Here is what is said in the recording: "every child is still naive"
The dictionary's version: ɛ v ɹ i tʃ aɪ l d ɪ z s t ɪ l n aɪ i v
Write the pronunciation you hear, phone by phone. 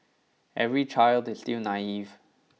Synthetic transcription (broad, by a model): ɛ v ɹ i tʃ aɪ l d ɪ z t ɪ w n aɪ i v